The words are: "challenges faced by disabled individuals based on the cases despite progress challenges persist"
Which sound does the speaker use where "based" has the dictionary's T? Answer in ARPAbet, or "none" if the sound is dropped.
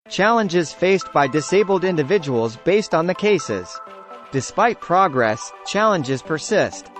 T